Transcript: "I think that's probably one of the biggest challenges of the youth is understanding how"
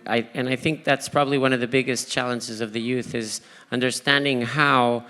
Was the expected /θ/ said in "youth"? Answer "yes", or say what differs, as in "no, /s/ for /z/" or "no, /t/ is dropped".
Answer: yes